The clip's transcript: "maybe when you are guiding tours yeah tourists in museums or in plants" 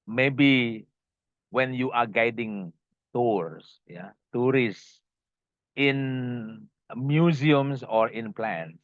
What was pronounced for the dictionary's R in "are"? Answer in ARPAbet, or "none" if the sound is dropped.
R